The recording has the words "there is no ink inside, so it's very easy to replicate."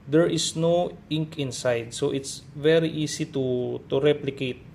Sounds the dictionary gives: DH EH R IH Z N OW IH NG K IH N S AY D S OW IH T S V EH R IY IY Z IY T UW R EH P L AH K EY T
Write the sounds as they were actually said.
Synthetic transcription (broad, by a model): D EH R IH S N OW IH NG K IH N S AY D S OW IH T S V EH R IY IY S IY T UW R EH P L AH K EY T